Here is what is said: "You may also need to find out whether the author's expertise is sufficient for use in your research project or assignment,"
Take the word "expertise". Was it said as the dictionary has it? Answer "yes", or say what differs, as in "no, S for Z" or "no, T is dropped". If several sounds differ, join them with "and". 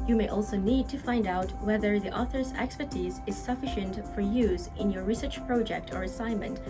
yes